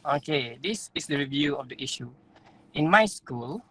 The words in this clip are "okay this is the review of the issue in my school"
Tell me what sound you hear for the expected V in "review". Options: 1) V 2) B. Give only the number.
1